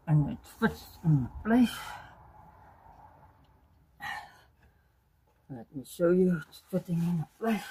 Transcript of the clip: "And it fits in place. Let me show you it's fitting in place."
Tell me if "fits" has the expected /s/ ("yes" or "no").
no